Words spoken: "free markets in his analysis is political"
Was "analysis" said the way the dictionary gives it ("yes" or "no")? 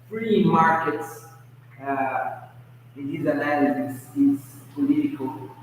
no